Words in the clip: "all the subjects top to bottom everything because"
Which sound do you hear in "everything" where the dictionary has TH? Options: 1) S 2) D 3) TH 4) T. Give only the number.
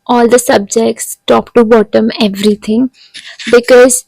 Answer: 4